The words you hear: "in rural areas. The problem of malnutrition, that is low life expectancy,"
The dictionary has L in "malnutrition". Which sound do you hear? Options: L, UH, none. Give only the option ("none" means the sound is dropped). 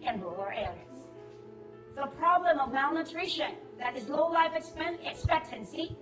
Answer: L